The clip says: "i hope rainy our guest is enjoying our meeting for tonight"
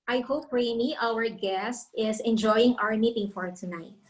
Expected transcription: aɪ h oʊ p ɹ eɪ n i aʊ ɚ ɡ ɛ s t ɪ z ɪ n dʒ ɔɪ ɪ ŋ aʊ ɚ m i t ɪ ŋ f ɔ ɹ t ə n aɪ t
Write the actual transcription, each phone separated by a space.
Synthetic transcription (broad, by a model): aɪ h oʊ p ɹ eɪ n i aʊ ɚ ɡ ɛ s t ɪ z ɪ n dʒ ɔɪ ɪ ŋ aʊ ɚ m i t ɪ ŋ f ɔ ɹ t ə n aɪ t